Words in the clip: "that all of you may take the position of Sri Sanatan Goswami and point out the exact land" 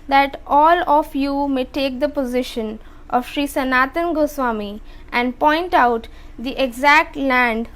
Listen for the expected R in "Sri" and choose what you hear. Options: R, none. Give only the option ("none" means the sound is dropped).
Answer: R